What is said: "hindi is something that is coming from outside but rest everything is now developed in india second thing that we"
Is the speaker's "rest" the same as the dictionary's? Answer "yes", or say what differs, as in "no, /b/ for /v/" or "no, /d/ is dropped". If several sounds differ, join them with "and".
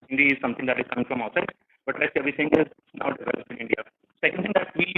no, /l/ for /ɹ/